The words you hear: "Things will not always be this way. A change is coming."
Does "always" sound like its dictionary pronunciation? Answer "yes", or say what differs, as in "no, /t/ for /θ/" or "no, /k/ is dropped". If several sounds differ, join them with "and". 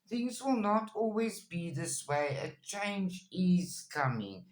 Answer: yes